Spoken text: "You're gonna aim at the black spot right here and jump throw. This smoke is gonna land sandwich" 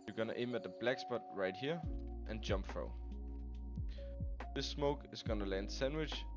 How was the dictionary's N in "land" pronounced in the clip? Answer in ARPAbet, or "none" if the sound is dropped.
N